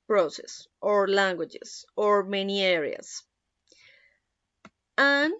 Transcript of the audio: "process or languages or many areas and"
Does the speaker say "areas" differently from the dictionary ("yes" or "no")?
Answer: yes